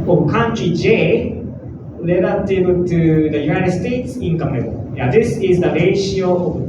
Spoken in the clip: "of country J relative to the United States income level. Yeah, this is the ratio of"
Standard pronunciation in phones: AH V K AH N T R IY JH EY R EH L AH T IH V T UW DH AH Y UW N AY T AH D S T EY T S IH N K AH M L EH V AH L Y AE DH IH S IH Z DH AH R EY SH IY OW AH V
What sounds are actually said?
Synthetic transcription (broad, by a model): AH K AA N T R IY JH EY L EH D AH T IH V T UW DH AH Y UW N AY T AH D S T EY T S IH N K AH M N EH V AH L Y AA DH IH S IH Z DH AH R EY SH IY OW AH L